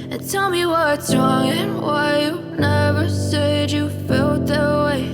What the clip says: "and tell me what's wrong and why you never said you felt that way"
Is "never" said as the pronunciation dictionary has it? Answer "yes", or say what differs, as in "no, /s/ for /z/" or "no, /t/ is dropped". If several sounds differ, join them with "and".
yes